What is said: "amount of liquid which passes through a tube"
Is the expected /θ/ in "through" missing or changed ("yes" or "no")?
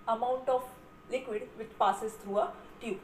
yes